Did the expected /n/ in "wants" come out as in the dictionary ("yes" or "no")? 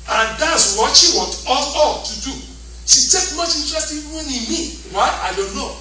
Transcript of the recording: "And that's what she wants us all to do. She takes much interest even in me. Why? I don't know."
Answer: no